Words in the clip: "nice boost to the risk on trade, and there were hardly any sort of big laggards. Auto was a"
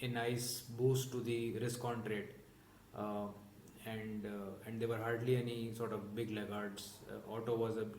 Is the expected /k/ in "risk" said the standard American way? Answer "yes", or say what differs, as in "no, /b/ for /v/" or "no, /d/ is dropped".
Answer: yes